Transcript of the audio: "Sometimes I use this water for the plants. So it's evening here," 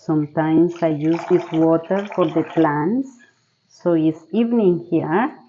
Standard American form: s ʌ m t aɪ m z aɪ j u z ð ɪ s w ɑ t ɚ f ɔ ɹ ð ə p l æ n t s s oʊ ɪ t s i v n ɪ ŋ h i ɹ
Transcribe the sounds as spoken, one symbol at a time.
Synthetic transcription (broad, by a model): s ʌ m t aɪ m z aɪ j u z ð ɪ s w ɑ t ɚ f ɔ ɹ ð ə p l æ n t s s oʊ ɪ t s i v n ɪ ŋ h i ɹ